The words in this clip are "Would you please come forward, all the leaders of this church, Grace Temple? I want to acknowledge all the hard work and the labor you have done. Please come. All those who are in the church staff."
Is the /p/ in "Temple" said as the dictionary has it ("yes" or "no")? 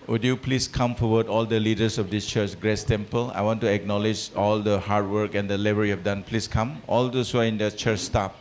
yes